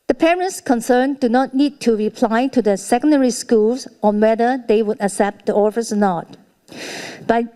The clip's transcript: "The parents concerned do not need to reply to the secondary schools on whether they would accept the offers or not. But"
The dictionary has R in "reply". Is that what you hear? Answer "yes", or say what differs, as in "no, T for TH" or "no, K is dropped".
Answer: yes